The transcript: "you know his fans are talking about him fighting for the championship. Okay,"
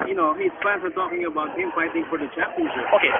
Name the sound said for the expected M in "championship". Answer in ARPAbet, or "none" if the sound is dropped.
none